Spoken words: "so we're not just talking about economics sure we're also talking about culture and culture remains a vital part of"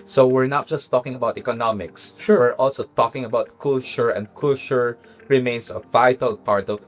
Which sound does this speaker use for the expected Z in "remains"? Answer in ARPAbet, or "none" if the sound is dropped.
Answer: S